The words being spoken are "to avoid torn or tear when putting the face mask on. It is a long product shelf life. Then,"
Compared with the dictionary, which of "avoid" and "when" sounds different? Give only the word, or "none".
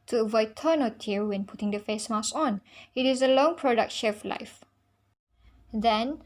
none